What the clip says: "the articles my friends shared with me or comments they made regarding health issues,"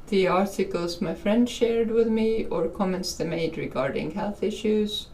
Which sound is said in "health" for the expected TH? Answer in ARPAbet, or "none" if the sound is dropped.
TH